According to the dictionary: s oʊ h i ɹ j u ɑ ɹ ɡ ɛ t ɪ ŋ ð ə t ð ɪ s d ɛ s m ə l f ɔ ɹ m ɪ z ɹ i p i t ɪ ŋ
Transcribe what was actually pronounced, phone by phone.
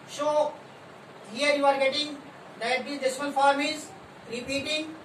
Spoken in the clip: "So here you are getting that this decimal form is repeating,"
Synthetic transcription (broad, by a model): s oʊ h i ɹ j u ɑ ɹ ɡ ɛ t ɪ ŋ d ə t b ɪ d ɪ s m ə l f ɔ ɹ m ɪ z ɹ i p i t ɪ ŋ